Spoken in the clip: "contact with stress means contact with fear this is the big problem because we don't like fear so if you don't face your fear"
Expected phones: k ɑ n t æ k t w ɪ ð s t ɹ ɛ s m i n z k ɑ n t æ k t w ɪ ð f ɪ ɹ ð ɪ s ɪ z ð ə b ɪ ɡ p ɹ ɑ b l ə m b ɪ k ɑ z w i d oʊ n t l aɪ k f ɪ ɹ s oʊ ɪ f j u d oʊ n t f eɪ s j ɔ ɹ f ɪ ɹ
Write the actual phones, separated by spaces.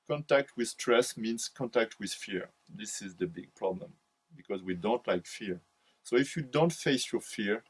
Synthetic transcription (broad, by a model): k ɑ n t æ k t w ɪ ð s t ɹ ɛ s m i n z k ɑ n t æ k t w ɪ ð f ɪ ɹ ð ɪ s ɪ z ð ə b ɪ ɡ p ɹ ɑ b l ə m b ɪ k ɑ z w i d oʊ n t l aɪ k f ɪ ɹ s oʊ ɪ f j u d oʊ n t f eɪ s j ɔ ɹ f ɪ ɹ